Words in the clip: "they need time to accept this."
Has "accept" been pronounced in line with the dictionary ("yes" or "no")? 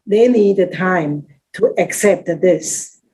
yes